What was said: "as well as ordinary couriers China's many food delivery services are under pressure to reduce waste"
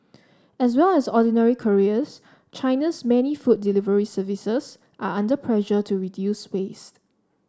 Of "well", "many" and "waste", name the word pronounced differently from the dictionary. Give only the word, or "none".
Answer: none